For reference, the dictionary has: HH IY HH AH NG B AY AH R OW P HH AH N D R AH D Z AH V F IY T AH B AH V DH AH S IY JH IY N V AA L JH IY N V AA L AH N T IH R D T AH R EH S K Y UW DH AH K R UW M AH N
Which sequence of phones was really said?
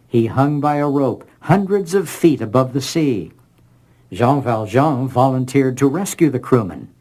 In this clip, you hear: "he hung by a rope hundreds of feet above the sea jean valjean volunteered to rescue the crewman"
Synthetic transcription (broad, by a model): HH IY HH AH NG B AY AH R OW P HH AH N D R AH D Z AH V F IY T AH B AH V DH AH S IY ZH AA V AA L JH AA V AA L AH N T IH R D T AH R EH S K Y UW DH AH K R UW M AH N